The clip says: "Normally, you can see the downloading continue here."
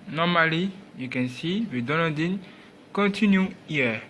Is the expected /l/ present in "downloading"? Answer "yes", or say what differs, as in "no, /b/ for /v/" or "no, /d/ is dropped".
no, /l/ is dropped